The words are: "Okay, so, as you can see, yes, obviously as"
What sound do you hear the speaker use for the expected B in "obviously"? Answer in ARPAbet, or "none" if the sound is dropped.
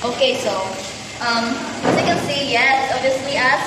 none